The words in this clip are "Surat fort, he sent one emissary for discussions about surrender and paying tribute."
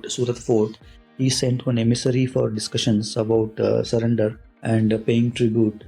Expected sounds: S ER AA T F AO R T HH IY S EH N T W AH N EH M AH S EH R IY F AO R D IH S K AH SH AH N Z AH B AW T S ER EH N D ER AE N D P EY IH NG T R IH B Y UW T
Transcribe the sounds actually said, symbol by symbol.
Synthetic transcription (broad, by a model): S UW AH T F AO R T HH IY S EH N T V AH N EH M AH S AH R IY F AO R D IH S K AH SH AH N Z AH B AW T S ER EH N D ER AE N D P EY IH NG T R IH B Y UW T